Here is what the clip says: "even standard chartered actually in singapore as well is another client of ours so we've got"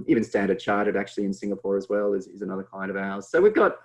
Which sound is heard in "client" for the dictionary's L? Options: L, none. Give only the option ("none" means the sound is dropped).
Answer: none